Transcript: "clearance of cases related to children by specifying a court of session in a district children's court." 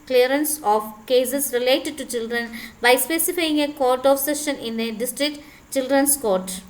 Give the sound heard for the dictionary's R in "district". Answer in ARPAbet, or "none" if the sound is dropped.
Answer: R